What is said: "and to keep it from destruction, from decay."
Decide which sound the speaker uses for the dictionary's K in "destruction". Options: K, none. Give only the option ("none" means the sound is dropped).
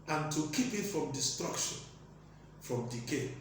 K